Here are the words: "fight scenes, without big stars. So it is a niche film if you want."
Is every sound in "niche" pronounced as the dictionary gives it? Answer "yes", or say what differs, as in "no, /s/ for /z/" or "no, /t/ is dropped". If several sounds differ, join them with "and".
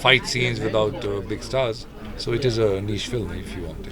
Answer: no, /ʃ/ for /tʃ/